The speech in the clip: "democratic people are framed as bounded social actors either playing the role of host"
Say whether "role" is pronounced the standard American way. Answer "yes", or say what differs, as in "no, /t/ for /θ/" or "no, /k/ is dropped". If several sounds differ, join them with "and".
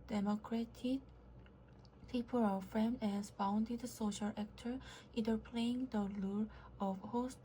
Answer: no, /l/ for /ɹ/